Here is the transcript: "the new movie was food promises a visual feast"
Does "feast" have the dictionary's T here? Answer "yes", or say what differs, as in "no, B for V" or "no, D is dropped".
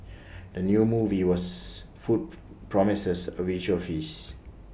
no, T is dropped